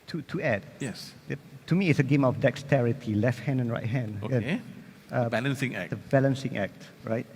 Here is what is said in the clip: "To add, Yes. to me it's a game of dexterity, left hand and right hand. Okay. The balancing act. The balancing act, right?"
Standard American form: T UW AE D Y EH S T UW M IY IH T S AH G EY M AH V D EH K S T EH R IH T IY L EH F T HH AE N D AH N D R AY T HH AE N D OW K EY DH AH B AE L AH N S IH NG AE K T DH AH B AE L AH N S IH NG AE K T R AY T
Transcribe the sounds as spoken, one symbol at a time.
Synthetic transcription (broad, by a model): T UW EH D Y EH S T UW M IY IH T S AH G EY M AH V D EH K S T EH R IH T IY L EH F T HH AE N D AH N R AY T HH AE N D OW EY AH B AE L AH N S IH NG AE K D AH B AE L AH N S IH NG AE K T R AY T